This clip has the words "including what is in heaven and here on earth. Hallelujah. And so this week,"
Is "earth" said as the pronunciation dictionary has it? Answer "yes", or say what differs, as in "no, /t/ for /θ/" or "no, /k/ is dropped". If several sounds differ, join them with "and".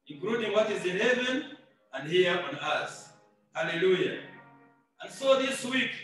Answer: no, /s/ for /θ/